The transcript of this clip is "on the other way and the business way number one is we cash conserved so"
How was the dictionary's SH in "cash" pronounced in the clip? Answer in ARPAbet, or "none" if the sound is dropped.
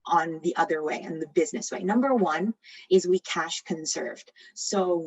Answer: SH